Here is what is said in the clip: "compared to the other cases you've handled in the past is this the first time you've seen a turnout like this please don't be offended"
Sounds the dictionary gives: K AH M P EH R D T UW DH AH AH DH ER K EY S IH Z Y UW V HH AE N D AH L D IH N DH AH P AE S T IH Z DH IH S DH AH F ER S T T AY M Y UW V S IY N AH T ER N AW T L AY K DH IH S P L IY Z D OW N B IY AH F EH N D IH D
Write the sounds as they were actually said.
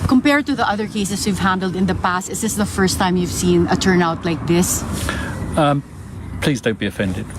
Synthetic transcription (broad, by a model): K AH M P EH R D T UW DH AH AH DH ER K EY S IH S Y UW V HH AE N D AH L D IH N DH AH P AE S T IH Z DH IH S DH AH F ER S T T AY M Y UW V S IY N AH T ER N AW T L AY K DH IH S P L IY Z D OW N B IY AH F EH N D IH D